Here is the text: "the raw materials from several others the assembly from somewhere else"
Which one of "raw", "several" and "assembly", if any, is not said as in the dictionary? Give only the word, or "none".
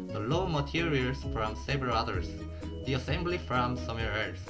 raw